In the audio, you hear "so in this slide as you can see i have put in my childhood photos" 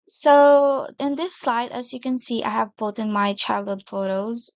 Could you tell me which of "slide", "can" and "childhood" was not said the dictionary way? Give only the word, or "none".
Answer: none